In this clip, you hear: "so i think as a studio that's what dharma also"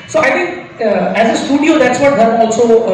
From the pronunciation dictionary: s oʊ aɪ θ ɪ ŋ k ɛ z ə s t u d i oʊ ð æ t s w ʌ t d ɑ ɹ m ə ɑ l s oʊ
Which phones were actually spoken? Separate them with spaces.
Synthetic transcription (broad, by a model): s oʊ aɪ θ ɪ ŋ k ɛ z ə s t u d i oʊ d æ t s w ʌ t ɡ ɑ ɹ ə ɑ l s oʊ